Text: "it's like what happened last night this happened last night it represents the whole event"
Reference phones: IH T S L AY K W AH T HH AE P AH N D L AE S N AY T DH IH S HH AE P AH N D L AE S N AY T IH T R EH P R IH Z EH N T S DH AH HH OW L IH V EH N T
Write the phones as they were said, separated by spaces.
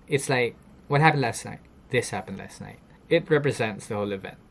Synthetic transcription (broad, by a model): IH T S L AY K W AH T HH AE P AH N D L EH S N AY T DH IH S HH AE P AH N D L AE S N AY T IH T R EH P R IH Z EH N T S DH AH HH OW L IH V EH N T